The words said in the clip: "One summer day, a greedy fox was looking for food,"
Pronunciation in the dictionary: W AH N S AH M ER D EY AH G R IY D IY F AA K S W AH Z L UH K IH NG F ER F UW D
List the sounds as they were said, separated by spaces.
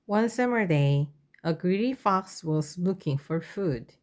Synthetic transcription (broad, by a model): W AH N S AH M ER D EY AH G R IY D IY F AA K S W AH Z L UH K IH NG F ER F UW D